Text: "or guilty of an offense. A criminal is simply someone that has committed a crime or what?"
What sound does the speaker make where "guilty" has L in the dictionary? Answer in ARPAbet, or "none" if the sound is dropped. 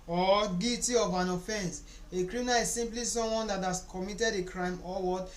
none